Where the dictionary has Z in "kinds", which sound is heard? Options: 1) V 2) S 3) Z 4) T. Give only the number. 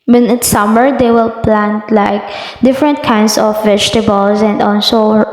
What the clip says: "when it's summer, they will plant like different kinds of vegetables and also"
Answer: 2